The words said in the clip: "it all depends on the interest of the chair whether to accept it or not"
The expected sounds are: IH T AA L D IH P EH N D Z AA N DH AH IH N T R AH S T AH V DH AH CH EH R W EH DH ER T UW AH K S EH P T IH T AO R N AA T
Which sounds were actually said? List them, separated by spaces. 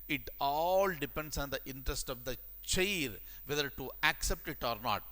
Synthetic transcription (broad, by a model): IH T AA L D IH P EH N D S AA N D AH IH N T R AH S T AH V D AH CH EH R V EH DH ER T UW AH K S EH P T IH T AO R N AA T